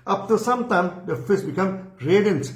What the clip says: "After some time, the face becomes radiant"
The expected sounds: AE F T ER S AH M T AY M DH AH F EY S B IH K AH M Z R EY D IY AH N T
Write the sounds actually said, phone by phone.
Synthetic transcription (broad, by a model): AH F T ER S AH M T AY M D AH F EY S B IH K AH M R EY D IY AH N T